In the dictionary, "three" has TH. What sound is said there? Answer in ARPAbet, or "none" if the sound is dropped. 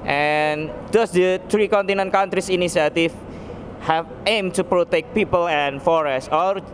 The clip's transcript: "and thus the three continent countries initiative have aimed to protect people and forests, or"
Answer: T